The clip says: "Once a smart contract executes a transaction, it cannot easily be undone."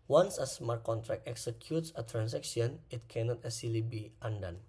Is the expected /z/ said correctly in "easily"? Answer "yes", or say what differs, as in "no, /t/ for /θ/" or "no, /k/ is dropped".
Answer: no, /s/ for /z/